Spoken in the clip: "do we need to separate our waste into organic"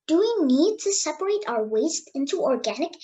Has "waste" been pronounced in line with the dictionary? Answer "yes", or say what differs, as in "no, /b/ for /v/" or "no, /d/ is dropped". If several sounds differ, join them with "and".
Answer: yes